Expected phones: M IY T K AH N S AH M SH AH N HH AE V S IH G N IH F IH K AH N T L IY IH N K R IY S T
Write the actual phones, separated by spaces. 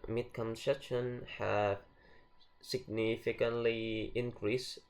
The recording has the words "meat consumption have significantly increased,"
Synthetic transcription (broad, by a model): M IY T K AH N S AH SH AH N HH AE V S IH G N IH F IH K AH N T L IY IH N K R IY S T